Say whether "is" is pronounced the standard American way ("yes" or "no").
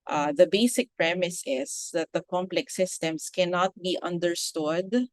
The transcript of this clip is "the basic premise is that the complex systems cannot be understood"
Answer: no